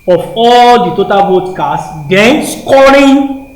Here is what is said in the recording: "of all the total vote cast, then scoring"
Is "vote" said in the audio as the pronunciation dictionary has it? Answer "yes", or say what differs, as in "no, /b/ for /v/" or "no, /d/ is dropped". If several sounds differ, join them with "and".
no, /b/ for /v/